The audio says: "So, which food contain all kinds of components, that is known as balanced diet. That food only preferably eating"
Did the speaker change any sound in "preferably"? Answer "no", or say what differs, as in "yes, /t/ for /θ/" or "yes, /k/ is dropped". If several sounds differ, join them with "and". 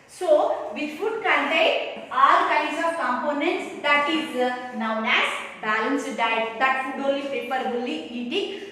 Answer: yes, /ɹ/ is dropped and /p/ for /f/ and /b/ is dropped